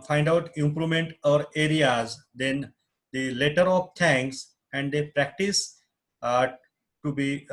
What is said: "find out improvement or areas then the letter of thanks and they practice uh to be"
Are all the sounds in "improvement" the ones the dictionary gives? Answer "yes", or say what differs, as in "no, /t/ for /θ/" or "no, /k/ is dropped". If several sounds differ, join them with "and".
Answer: no, /v/ is dropped